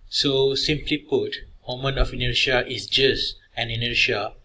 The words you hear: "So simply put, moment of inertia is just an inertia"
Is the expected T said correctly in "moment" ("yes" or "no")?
no